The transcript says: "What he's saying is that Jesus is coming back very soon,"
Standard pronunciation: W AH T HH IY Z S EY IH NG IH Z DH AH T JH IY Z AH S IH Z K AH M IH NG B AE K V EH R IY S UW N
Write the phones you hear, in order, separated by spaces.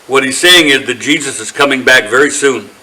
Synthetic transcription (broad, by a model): W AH T HH IY Z S EY IH NG IH Z DH AH T JH IY Z AH S IH Z K AH M IH NG B AE K V EH R IY S UW N